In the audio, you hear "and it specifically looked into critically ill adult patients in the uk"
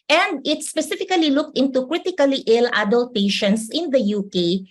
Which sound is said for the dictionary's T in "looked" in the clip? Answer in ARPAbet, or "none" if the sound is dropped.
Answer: T